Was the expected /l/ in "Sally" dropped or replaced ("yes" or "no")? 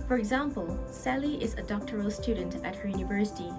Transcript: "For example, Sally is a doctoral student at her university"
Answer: no